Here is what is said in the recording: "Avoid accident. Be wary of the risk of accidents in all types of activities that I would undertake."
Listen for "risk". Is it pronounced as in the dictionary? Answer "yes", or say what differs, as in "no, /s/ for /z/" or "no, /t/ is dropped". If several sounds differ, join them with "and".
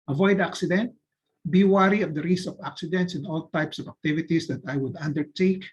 no, /k/ is dropped